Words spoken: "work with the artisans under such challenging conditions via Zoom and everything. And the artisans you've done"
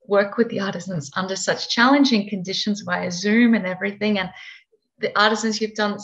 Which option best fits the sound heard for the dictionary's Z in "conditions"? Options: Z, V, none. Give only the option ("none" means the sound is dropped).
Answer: Z